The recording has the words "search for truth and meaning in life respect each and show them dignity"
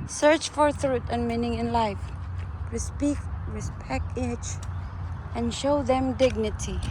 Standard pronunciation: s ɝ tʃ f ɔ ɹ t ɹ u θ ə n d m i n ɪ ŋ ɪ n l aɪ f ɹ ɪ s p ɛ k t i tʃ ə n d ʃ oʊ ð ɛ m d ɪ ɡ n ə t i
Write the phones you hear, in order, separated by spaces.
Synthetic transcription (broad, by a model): s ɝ tʃ f ɔ ɹ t ɹ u t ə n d m i n ɪ ŋ ɪ n l aɪ f ɹ ɪ s p ɛ k t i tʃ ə n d ʃ oʊ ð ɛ m d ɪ ɡ n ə t i